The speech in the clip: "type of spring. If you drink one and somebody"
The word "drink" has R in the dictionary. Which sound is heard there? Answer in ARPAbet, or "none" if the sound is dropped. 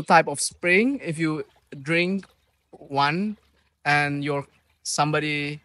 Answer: R